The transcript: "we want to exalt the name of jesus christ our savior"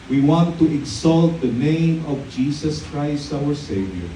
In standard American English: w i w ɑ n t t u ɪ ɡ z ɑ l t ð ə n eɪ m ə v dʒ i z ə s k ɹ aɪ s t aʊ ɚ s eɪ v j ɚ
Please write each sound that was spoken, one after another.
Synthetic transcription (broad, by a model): w i w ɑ n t t u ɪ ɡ s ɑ l t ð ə n eɪ m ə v dʒ i s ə s k ɹ aɪ s t aʊ ɚ s eɪ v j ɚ